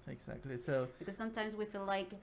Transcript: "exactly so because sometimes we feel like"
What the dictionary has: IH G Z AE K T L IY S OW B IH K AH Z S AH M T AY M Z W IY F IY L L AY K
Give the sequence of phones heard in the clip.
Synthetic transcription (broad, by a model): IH G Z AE K T L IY S OW B IH K AH Z S AH M T AY M Z W IY F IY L L AY K